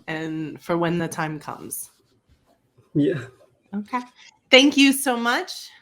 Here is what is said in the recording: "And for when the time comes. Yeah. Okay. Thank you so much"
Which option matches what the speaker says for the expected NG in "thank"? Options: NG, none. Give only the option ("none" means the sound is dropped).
NG